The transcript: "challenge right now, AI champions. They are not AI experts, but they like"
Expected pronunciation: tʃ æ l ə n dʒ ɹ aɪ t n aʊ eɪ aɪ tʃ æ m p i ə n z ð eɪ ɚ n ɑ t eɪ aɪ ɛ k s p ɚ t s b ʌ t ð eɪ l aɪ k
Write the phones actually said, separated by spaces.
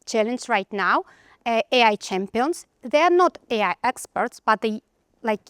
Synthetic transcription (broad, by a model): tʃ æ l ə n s ɹ aɪ t n aʊ eɪ aɪ tʃ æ m p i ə n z ð eɪ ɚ n ɑ t eɪ aɪ ɛ k s p ɚ t s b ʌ t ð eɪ l aɪ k